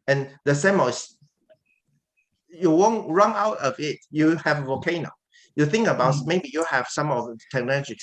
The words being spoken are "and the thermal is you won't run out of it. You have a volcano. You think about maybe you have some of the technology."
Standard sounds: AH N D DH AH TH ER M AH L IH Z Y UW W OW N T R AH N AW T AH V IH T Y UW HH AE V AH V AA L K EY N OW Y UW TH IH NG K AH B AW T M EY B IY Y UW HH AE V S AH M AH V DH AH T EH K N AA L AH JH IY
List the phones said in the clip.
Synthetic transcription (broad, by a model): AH N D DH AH S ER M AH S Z Y UW W OW N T R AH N AW T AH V IH T Y UW HH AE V AH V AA K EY N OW Y UW TH IH NG K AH B AW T M EY B IY Y UW HH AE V S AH M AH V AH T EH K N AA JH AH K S